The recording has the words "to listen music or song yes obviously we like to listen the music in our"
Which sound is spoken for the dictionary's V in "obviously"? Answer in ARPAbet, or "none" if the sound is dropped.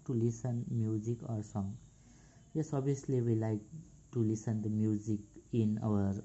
none